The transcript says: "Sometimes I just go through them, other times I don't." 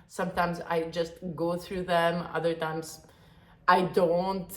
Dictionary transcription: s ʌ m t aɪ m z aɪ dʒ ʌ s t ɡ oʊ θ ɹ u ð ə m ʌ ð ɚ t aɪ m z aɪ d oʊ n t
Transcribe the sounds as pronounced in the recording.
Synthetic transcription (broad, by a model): s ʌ m t aɪ m z aɪ dʒ ʌ s t ɡ oʊ θ ɹ u ð ə m ʌ ð ɚ t aɪ m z aɪ d oʊ n t